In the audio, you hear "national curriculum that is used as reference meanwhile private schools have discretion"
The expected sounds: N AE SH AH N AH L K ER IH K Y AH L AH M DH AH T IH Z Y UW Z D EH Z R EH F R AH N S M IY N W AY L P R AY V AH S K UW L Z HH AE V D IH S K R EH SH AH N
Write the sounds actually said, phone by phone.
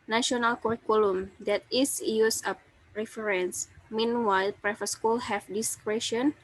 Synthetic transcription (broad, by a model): N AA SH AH N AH L K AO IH K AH L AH M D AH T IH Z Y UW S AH R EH F R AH N S M IY N W AY L P R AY F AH S K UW L HH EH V D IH S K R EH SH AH N